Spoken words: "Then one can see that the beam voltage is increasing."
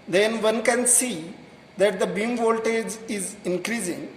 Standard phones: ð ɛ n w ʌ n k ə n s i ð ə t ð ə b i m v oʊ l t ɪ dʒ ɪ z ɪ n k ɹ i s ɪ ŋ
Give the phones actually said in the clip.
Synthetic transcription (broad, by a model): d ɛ n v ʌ n k ə n s i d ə t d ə b i m v oʊ l t ɪ dʒ ɪ z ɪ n k ɹ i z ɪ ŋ